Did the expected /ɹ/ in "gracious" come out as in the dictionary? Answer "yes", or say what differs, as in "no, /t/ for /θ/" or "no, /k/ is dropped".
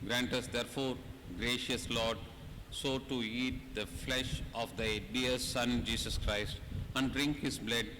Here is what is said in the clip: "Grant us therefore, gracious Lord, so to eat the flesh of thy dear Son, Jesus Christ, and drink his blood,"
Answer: yes